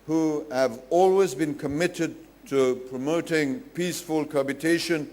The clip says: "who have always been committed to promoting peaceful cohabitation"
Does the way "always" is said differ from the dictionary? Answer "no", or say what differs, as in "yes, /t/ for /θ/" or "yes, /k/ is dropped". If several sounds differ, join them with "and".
no